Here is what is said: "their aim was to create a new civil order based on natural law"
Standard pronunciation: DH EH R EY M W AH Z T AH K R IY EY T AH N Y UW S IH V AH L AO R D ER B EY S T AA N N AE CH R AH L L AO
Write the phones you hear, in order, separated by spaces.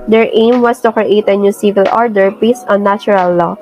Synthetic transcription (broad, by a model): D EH R EY M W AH S T AH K R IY EY T AH N Y UW S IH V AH L AO R D ER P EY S AA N N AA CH R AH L L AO